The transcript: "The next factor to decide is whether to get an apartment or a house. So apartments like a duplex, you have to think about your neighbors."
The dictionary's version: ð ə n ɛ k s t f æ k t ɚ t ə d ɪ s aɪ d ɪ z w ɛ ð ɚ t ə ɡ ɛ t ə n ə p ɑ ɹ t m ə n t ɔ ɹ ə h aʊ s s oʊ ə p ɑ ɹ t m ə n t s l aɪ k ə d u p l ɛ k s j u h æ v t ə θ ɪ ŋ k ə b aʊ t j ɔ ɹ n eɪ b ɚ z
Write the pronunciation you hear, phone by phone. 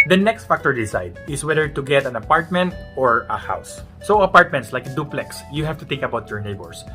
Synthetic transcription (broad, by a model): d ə n ɛ k s t f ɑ k t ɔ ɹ d ɪ s aɪ d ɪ s w ɛ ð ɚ t ə ɡ ɛ t ə n ə p ɑ ɹ t m ə n t ɔ ɹ ə h aʊ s s oʊ ə p ɑ ɹ t m ə n t s l aɪ k d u p l ɛ k s j u h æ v t ə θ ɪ ŋ k ə b aʊ t j ɔ ɹ n eɪ b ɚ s